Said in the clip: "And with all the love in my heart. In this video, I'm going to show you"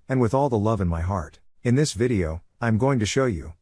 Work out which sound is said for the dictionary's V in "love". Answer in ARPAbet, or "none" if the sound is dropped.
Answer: V